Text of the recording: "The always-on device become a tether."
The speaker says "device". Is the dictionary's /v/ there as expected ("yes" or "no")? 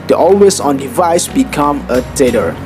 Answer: yes